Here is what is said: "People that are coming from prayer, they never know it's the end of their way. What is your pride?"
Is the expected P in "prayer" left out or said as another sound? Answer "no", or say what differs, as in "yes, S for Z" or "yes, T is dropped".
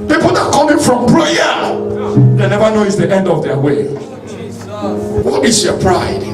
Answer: yes, B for P